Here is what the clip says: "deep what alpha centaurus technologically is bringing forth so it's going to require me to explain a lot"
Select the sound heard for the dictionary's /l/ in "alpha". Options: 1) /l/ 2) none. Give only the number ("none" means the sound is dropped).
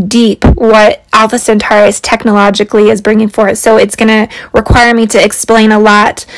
1